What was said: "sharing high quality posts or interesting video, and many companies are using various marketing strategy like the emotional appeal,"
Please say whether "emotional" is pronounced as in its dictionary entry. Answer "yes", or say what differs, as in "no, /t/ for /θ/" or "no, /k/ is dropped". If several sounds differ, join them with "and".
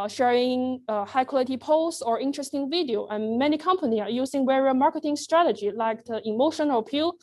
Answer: no, /n/ is dropped and /n/ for /l/